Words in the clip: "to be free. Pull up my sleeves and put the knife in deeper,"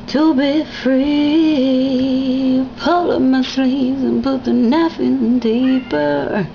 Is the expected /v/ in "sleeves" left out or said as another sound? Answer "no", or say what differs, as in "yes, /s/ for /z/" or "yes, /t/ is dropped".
yes, /v/ is dropped